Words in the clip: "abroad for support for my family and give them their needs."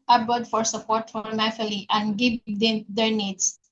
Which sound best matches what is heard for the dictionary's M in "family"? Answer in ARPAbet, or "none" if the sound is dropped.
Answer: none